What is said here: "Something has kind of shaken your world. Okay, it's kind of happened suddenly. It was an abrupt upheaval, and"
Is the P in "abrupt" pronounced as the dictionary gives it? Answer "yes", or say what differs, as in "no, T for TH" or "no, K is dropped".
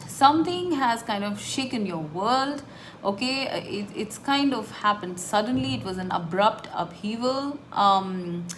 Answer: yes